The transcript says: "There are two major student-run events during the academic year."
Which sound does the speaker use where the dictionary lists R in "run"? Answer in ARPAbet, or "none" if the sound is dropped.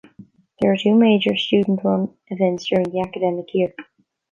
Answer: W